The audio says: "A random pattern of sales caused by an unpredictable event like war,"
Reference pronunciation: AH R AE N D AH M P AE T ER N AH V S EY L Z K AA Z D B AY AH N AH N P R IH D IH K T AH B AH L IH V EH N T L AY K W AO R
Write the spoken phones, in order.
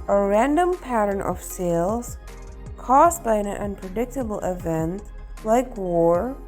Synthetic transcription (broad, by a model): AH R AE N D AH M P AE T ER N AH V S EY L Z K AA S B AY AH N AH N P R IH D IH K T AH B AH L IH V EH N T L AY K W AO R